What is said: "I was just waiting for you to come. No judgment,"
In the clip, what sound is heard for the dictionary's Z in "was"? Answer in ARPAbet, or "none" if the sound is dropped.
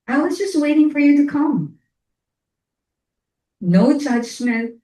Z